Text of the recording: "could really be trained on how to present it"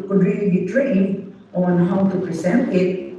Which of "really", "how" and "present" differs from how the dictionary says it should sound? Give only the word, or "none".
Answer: present